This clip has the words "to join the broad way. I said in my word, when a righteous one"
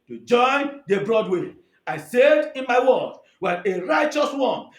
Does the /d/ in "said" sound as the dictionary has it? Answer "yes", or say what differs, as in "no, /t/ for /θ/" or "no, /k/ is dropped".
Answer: yes